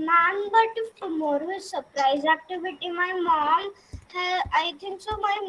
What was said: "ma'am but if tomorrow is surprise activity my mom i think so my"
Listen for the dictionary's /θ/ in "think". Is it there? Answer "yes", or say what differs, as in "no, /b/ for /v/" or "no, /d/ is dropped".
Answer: no, /t/ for /θ/